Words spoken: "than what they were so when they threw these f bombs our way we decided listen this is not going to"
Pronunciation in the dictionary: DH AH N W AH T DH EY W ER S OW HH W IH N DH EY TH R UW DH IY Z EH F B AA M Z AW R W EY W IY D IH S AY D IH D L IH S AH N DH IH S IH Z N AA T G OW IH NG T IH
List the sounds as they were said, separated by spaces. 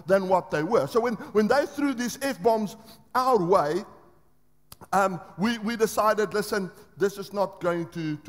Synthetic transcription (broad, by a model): DH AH N W AH T DH EY W ER S OW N W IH N DH EY TH R UW DH IY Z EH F B AA M Z AW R W EY W IY D IH S AY D IH D L IH S AH N DH IH S IH Z N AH T G OW IH NG T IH